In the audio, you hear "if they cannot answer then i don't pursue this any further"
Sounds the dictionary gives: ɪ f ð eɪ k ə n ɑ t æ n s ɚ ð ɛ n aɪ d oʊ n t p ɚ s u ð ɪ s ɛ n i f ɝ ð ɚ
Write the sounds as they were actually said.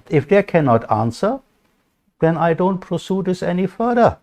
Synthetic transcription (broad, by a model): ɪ f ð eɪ k ə n ɑ t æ n s ɚ ð ɛ n aɪ d oʊ n t p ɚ s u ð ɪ s ɛ n i f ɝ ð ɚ